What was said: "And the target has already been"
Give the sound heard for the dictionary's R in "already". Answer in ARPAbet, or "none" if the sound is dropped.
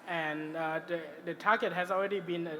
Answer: R